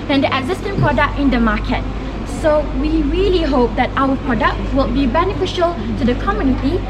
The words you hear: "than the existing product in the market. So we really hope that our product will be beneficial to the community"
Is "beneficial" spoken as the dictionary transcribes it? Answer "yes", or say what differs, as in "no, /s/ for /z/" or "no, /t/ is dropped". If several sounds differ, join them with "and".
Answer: yes